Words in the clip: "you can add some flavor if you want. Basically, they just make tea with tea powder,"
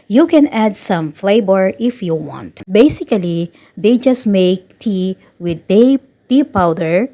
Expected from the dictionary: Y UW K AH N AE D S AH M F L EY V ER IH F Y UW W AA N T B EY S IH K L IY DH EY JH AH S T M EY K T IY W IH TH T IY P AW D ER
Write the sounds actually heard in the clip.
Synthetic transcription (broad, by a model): Y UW K AH N AE D S AH M F L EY B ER IH F Y UW W AA N T B EY S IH K L IY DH EY JH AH S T M EY K T IY W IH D T IY P AW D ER